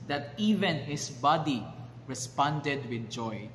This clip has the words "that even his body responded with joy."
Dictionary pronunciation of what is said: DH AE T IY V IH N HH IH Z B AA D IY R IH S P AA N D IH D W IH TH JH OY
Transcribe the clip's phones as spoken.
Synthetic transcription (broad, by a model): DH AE T IY V IH N HH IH S B AA D IY R IH S P AA N D IH D W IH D JH OY